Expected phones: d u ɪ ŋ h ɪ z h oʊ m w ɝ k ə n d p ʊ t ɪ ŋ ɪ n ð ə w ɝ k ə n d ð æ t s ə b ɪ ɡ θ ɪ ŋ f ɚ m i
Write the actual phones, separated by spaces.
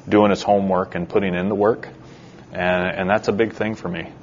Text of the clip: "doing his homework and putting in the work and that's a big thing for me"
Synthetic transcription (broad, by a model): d u ɪ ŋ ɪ s h oʊ m w ɝ k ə n p ʊ t ɪ ŋ ɪ n ð ə w ɝ k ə n ð æ t s ə b ɪ ɡ θ ɪ ŋ f ɚ m i